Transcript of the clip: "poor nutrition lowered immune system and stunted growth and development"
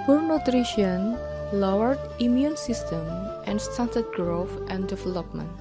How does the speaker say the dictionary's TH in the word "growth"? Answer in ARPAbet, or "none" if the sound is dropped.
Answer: F